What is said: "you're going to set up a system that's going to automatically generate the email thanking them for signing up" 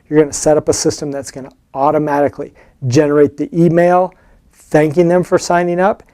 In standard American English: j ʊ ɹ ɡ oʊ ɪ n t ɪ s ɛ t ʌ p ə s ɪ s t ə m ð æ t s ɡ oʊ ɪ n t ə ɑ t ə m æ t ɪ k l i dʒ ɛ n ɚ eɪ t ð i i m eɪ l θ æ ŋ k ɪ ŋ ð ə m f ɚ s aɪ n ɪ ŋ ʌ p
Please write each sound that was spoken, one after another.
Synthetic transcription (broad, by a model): j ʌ ɹ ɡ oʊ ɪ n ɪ s ɛ t ʌ p ə s ɪ s t ə m ð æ t s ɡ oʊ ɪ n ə ɑ t ə m æ t ɪ k l i dʒ ɛ n ɚ eɪ t ð i i m eɪ l θ æ ŋ k ɪ ŋ ð ə m f ɚ s aɪ n ɪ ŋ ʌ p